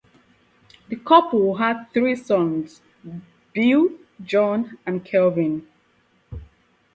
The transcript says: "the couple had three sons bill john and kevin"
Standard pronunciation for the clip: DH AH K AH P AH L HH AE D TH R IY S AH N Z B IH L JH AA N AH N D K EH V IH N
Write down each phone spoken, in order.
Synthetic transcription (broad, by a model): DH AH K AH P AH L HH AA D TH R IY S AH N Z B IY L JH AA N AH N K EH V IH N